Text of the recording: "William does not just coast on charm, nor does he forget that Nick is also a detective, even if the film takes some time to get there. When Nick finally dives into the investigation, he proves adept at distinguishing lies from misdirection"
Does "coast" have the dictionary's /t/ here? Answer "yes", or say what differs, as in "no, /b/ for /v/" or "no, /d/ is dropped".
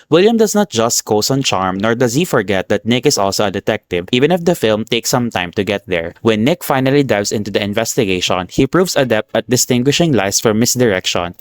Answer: no, /t/ is dropped